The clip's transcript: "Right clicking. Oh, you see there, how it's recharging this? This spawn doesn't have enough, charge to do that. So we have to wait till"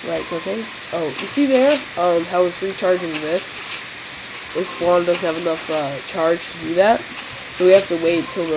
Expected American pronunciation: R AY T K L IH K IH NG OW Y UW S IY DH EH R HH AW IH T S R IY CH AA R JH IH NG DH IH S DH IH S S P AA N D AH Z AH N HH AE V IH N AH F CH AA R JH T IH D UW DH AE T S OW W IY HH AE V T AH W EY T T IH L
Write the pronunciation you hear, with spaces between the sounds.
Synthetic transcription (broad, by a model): R AY T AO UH K IH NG OW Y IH S IY DH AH R HH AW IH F R IY CH AA R JH IH NG DH IH S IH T S F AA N D AH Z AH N HH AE V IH N AH F CH AA R JH T IH D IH DH AE T S OW W IY HH AE F T AH W EY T T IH L